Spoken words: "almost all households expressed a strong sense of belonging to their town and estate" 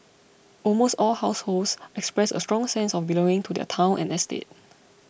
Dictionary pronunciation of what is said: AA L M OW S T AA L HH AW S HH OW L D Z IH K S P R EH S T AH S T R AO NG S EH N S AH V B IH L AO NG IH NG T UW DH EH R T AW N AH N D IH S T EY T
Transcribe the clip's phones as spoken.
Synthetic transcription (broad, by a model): AA L M OW S T AA L HH AW S HH OW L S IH K S P R EH S AH S T R AO NG S EH N S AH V B IH L AO NG IH NG T UW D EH T AW N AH N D IH S T EY T